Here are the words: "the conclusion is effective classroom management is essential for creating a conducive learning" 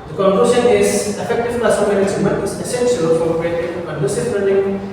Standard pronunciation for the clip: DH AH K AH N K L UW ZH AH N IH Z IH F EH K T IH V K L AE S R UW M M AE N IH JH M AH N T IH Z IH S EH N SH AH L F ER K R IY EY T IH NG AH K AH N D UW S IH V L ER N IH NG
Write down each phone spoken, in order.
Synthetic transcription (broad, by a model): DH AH K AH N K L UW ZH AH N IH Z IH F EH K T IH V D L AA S AO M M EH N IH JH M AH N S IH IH S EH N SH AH L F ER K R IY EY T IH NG AH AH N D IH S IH P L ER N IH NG